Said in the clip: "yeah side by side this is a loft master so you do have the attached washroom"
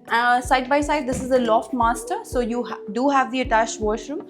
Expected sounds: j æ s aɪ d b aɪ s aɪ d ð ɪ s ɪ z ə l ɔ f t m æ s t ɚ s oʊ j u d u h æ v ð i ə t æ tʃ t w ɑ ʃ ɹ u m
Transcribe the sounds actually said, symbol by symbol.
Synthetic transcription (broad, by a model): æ s aɪ d b aɪ s aɪ d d ɪ s ɪ z ə l ɔ f t m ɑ s t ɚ s oʊ j u d u h æ v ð i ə t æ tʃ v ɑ ʃ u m